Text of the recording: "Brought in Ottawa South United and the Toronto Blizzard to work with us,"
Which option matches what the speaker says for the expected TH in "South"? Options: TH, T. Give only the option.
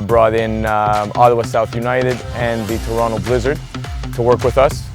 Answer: TH